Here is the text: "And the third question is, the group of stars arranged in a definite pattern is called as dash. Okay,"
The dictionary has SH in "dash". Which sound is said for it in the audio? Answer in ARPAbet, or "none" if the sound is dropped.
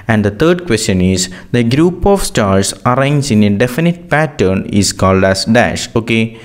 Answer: SH